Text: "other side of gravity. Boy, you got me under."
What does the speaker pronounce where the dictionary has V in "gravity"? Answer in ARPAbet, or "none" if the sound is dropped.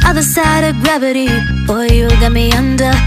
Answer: V